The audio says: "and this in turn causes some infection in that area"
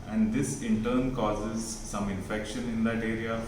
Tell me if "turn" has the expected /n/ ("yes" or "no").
yes